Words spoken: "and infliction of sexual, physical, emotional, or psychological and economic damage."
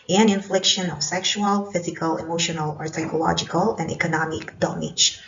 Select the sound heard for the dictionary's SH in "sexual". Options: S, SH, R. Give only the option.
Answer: SH